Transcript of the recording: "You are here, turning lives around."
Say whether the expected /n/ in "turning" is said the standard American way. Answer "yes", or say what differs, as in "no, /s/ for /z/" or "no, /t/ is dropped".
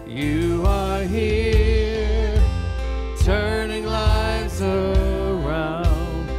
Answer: yes